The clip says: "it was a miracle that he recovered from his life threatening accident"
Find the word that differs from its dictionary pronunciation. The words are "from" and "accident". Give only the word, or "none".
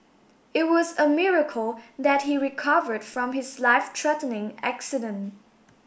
none